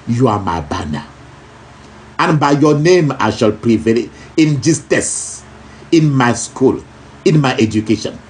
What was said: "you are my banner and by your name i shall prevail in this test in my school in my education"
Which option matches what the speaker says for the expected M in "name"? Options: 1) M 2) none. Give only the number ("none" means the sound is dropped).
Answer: 1